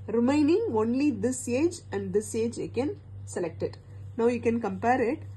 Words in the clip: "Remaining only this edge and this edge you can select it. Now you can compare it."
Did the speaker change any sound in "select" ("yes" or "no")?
no